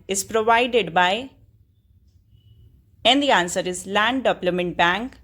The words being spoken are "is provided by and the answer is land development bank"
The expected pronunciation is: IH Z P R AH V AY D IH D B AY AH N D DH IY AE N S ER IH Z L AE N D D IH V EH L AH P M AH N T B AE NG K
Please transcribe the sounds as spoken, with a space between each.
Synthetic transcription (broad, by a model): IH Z P R AH V AY D IH D B AY AH N D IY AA N S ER IH Z L AE N D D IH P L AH M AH N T B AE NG K